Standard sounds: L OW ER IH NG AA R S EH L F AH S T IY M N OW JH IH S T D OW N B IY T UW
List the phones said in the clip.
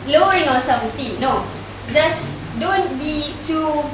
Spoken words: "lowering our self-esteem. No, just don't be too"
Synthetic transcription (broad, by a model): L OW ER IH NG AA S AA F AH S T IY N OW JH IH S D OW N B IY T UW